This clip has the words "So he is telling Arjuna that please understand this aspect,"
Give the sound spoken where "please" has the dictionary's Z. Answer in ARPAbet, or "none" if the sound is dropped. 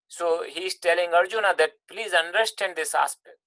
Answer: Z